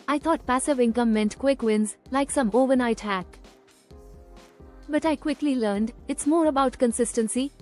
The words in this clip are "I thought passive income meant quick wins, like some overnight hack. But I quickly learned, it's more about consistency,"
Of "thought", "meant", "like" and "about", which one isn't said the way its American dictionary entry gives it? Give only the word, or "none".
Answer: thought